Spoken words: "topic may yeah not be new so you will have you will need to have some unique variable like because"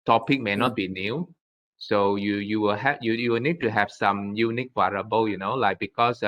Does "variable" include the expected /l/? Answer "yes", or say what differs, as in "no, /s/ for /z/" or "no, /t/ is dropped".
no, /n/ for /l/